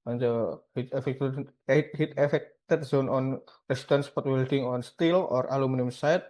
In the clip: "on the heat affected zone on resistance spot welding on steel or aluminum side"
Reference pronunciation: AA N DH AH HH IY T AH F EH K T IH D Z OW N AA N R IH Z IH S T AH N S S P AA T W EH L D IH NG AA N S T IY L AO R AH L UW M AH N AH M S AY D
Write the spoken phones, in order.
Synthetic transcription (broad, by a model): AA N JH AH HH IY T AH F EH K T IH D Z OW N AA N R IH S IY T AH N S S P AA T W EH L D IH NG AA N S T IY L AO R AH L UW M AH N AH M S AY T